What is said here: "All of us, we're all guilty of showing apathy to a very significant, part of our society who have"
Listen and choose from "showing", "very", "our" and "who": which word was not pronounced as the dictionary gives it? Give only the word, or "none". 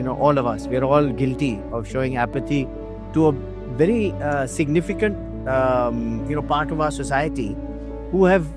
none